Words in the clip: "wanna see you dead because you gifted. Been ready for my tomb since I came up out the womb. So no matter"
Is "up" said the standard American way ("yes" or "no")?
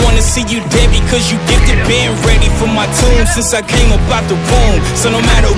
no